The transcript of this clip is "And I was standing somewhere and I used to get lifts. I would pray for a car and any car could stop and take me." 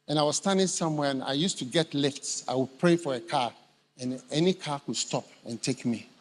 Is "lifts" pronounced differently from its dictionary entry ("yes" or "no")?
no